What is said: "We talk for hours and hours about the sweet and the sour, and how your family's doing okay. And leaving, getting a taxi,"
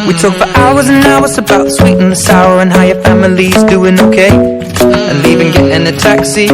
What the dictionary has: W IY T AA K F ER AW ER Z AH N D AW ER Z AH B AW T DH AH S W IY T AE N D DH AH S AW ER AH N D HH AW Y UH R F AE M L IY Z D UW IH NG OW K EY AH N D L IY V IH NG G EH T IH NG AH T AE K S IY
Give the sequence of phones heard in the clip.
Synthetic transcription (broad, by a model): W IY T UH K F ER AW ER Z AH N AW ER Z AH B AW T S W IY T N DH AH S AW ER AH N HH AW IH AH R F AE M L IY Z D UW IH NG OW K EY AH N L IY V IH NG G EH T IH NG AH T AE K S IY